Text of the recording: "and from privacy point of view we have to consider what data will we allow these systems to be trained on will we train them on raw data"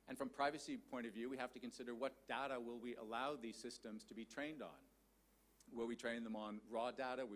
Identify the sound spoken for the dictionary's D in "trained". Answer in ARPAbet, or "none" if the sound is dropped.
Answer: D